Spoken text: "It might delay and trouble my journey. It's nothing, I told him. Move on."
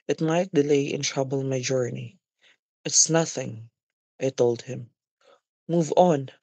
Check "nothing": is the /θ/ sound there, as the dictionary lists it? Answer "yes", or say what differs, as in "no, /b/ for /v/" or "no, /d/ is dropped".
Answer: yes